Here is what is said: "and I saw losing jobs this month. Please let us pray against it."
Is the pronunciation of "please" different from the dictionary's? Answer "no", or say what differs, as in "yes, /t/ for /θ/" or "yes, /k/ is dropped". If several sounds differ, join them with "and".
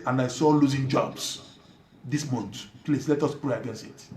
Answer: yes, /s/ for /z/